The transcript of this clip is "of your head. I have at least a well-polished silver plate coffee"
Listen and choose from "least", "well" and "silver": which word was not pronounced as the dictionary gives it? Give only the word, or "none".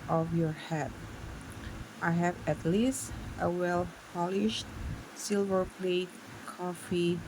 none